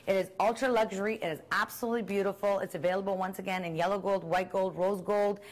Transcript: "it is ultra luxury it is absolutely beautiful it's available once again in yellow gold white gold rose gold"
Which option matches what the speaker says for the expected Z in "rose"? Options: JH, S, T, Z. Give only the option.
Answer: Z